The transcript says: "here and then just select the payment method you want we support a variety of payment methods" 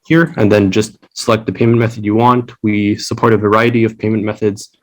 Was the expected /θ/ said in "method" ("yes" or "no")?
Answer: yes